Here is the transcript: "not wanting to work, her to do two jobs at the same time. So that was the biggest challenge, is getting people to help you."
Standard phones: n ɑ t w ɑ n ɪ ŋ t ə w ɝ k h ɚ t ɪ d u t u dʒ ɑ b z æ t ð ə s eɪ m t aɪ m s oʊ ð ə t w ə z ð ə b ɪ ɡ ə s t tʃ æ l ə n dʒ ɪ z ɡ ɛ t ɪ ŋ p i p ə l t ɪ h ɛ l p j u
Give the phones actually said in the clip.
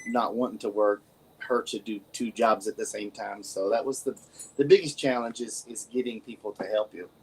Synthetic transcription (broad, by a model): n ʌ t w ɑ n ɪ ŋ t ə w ɝ k h ɚ t ɪ d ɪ t u dʒ ɑ b z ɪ t ð ə s eɪ m t aɪ m s oʊ ð ə t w ə z ð ə b ɪ ɡ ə s tʃ æ l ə n dʒ ɪ z ɡ ɛ t ɪ ŋ p i p l t ɪ h ɛ l p j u